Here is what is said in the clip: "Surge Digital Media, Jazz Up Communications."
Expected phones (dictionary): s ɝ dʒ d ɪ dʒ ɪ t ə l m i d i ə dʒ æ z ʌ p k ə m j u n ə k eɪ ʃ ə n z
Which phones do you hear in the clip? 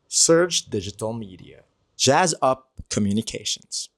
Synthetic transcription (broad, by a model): s ɝ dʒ d ɪ dʒ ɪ t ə l m i d i ə dʒ æ z ʌ p k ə m j u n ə k eɪ ʃ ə n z